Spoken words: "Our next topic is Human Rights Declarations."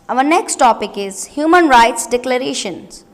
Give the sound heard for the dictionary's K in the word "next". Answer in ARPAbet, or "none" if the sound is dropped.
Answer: K